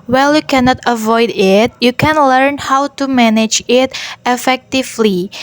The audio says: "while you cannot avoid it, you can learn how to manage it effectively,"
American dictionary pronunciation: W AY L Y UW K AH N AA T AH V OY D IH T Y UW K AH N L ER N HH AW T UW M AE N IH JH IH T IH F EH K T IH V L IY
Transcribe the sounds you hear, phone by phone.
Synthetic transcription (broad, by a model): W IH L Y UW K AH N AA T AH V OY D IH T Y UW K AH N L ER N HH AW T UW M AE N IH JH IH T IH F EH K T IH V L IY